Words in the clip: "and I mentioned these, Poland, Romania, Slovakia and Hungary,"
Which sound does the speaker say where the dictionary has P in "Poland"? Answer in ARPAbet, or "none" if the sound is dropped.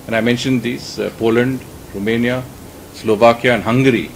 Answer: P